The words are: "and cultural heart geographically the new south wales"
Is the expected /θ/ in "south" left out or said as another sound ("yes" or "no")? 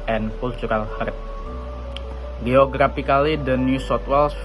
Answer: yes